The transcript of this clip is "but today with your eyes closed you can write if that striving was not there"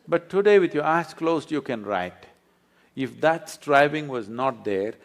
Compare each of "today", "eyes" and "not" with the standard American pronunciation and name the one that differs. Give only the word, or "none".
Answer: eyes